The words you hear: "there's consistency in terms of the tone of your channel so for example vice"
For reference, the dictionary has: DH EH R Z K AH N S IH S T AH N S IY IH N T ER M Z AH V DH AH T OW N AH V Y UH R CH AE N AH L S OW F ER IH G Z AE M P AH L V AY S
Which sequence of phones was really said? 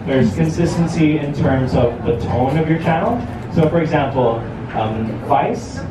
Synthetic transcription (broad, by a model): DH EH R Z K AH N S IH S T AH N S IY IH N T ER M Z AH V DH AH T OW N AH V Y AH R CH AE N L S OW F ER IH G Z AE M P L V AY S